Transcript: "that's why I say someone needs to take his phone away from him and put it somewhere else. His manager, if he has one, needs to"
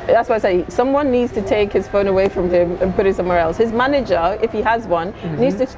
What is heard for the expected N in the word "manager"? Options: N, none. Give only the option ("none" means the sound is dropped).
N